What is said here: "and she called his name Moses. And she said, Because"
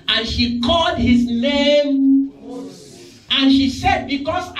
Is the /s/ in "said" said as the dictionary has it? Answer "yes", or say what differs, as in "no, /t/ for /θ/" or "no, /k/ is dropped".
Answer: yes